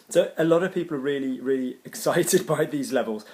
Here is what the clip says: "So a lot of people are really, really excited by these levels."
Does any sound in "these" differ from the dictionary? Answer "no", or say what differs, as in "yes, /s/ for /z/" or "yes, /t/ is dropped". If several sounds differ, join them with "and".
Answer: no